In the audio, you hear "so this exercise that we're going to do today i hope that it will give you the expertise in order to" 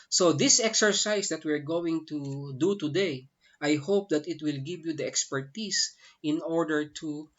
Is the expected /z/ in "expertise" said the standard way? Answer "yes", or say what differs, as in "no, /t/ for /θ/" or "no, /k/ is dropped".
no, /s/ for /z/